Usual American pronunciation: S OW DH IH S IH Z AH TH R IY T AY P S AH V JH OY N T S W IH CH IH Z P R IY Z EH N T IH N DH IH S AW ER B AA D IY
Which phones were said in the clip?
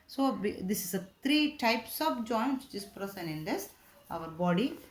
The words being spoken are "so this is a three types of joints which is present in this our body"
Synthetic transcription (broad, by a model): S OW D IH S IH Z AH T R IY T AY P S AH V JH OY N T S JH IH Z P R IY S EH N IH N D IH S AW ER B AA D IY